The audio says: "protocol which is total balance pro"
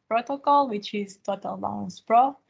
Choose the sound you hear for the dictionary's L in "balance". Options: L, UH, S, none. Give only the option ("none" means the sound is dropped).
none